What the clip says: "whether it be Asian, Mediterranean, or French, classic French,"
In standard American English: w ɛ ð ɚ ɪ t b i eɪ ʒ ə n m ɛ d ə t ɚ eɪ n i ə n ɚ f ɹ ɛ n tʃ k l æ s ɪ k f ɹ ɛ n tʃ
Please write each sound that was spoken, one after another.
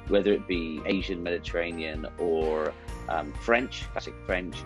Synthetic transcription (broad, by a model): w ɛ ð ɚ ɪ t b i eɪ ʒ ə n m ɛ d ə t ɚ eɪ n i ə n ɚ f ɹ ɛ n tʃ k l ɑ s ɪ k f ɹ ɛ n tʃ